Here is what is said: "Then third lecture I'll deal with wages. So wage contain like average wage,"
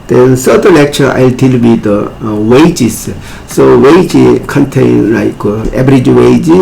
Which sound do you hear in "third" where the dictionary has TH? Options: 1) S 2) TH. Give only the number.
1